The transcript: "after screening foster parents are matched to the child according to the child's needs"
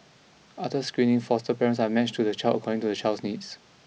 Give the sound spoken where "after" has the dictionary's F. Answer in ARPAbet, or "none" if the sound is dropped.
none